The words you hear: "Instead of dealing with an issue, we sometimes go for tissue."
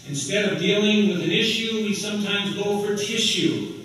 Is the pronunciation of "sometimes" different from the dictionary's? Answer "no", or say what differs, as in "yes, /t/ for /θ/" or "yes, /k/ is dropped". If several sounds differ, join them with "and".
no